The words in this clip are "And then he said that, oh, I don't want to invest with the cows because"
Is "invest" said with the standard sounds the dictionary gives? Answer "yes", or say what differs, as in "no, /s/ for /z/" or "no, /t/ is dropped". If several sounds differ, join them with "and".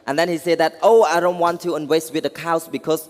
no, /w/ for /v/